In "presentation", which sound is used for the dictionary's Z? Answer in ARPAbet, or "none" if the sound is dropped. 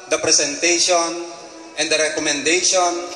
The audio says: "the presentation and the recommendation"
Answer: S